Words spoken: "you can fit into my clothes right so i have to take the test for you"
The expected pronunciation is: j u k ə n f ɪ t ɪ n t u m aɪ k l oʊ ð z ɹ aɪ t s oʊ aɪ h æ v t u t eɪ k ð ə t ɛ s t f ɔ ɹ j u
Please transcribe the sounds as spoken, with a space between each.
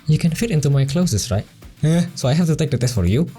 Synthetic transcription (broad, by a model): j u k ə n f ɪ t ɪ n t u m aɪ k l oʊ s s ɹ aɪ t s oʊ aɪ h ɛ f t u t eɪ k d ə t ɛ s t f ɔ ɹ j u